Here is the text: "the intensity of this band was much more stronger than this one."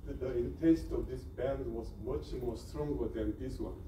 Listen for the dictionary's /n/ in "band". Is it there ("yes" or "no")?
yes